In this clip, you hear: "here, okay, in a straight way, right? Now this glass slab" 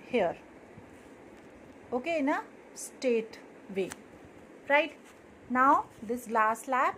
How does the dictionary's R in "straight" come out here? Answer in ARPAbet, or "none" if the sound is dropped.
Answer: none